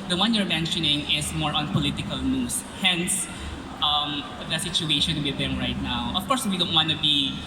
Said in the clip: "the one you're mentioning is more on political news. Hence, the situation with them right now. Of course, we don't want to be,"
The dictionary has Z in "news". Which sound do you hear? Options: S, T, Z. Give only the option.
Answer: S